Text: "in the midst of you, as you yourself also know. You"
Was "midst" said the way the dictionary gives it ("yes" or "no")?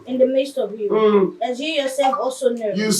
yes